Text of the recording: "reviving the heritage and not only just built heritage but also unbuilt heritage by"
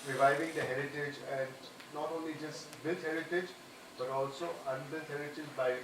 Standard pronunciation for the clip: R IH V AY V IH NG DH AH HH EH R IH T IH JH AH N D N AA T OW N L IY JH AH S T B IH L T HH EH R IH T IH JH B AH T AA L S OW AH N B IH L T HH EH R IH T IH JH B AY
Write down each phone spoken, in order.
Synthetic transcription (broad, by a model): R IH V AY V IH NG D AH HH EH R IH T IH JH AH N D N AA T OW N L IY JH AH S T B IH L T HH EH R IH T IH JH B AH T AA L S OW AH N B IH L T HH EH R IH T IH JH B AY